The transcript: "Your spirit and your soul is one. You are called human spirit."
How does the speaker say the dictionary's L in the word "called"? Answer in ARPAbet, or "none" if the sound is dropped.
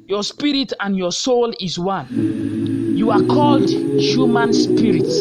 L